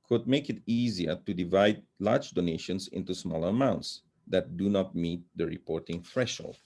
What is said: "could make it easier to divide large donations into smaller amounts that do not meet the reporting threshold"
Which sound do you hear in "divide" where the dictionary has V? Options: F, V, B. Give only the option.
V